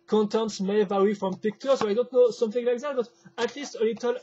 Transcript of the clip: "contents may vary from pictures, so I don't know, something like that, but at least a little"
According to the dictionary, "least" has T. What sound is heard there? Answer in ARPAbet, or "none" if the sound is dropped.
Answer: T